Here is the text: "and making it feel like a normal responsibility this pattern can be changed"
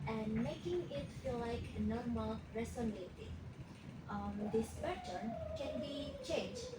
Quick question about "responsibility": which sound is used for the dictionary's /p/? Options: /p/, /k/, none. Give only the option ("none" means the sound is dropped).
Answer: none